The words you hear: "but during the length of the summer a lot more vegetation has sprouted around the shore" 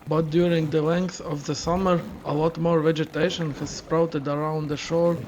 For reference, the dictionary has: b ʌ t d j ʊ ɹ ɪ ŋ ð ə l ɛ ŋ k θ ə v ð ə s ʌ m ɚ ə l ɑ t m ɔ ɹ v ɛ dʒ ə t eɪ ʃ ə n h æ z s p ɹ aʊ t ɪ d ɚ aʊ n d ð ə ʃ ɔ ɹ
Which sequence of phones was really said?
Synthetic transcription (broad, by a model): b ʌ t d j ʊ ɹ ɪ ŋ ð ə l ɛ ŋ k θ ə v ð ə s ʌ m ɚ ə l ɑ t m ɔ ɹ v ɛ dʒ ə t eɪ ʃ ə n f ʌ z s p ɹ aʊ t ɪ d ɚ aʊ n d ð ə ʃ ɔ ɹ